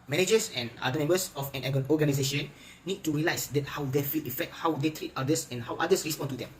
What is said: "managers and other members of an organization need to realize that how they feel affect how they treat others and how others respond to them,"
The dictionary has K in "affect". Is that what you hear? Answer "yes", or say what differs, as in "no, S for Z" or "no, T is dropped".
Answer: yes